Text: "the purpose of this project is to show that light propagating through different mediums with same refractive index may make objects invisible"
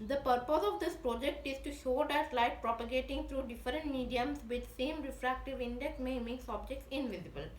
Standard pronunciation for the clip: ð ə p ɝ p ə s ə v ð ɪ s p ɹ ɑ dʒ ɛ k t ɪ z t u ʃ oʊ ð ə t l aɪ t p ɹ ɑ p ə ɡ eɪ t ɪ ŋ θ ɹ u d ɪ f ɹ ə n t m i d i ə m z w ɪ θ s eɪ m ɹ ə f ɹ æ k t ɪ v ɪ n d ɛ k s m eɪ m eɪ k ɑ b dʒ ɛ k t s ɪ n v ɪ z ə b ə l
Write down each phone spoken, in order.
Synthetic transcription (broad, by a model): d ə p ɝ p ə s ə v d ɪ s p ɹ ɑ dʒ ɛ k t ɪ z t u ʃ oʊ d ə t l aɪ t p ɹ ɑ p ə ɡ eɪ t ɪ ŋ t ɹ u d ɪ f ɹ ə n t m i d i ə m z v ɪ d s eɪ m ɹ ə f ɹ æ k t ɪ v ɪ n d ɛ k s m eɪ m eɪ k ɑ b dʒ ɛ k t s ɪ n v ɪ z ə b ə l